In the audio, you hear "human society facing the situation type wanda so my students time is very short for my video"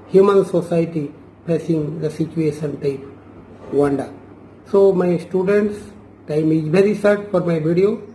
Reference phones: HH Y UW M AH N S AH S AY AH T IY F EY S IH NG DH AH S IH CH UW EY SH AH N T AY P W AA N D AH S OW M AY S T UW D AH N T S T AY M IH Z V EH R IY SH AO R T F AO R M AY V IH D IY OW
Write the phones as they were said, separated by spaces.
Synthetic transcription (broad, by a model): HH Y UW M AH N S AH S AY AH T IY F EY S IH NG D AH S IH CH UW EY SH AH N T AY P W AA N D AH S OW M AY S T UW D AH N T S T AY M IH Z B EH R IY S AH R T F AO R M AY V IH D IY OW